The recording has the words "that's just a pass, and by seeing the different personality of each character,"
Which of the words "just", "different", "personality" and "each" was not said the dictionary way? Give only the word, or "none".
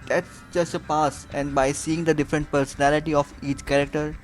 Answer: none